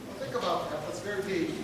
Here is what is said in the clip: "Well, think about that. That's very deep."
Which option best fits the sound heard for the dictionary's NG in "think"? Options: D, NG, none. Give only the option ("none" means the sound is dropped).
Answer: NG